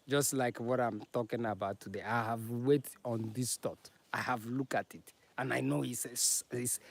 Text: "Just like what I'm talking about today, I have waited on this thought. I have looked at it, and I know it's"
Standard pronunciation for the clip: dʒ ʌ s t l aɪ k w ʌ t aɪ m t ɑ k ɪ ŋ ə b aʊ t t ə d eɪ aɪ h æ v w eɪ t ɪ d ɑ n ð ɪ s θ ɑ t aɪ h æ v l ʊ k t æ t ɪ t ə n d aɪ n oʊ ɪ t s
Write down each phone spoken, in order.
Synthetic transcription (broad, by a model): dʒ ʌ s t l aɪ k w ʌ t aɪ m t ɑ k ɪ ŋ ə b aʊ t t ə d eɪ aɪ h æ v w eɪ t ɑ n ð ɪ s t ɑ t aɪ h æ v l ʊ k t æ t ɪ t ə n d aɪ n oʊ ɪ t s